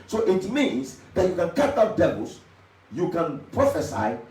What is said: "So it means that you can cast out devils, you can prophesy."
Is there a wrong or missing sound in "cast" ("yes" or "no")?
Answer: yes